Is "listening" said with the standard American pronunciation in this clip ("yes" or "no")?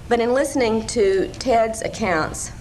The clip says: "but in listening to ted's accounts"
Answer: yes